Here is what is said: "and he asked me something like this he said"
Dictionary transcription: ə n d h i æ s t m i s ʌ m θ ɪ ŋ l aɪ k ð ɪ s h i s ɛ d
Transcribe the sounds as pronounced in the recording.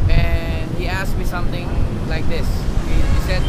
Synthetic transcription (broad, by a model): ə n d h i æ s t m i s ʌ m t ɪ ŋ l aɪ k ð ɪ s h i s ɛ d